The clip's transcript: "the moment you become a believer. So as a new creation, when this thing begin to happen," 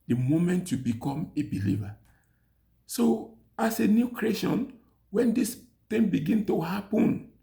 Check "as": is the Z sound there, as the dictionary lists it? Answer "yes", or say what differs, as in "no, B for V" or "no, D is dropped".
no, S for Z